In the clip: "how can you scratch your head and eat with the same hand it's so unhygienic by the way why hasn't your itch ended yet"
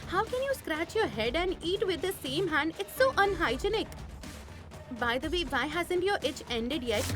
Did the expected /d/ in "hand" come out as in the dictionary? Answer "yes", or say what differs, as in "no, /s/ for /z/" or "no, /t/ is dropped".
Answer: yes